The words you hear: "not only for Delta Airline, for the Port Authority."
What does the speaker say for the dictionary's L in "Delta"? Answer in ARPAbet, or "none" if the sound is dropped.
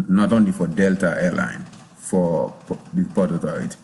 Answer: L